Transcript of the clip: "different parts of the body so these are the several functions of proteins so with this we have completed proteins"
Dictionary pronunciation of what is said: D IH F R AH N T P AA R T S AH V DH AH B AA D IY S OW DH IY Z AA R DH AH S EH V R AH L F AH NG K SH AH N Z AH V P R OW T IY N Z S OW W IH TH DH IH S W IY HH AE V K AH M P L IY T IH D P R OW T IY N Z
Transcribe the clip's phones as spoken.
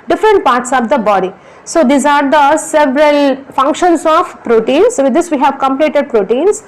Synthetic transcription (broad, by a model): D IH F R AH N T P AA R T S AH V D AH B AA D IY S OW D IY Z AA R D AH S EH V R AH L F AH NG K SH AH N S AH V P R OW T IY N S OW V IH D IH S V IY HH AE V K AH M P L IY T IH D P R OW T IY N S